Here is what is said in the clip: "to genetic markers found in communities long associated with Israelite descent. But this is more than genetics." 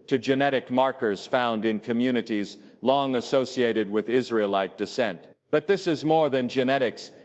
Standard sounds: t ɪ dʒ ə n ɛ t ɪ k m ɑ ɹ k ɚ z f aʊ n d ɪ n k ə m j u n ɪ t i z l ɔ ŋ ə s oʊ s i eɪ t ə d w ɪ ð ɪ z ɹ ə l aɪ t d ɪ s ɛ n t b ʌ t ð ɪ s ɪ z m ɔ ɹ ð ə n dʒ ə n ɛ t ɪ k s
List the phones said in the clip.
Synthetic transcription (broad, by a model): t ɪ dʒ ə n ɛ t ɪ k m ɑ ɹ k ɚ z f aʊ n d ɪ n k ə m j u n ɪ t i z l ɔ ŋ ə s oʊ s i eɪ t ə d w ɪ ð ɪ z ɹ ə l aɪ t d ɪ s ɛ n t b ʌ t ð ɪ s ɪ z m ɔ ɹ ð ə n dʒ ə n ɛ t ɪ k s